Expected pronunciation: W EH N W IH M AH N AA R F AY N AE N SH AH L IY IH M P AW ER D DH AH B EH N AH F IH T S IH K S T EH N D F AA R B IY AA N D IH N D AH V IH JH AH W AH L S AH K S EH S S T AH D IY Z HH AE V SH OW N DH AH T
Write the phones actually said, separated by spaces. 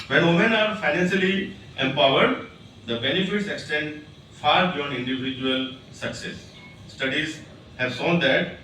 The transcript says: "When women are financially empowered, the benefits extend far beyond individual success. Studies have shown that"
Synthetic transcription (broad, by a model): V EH N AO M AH N AA R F AY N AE N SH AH L IY IH M P AW ER D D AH B EH N AH F IH T S IH K S T EH N D F AA R B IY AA N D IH N D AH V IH JH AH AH L S AH K S EH S S T AH D IY Z HH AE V S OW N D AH T